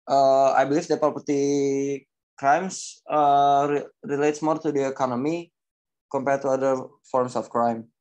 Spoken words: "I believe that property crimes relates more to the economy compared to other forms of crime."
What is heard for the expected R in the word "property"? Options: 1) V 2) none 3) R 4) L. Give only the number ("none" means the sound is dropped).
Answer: 2